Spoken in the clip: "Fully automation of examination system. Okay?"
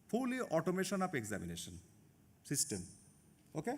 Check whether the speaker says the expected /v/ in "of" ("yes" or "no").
no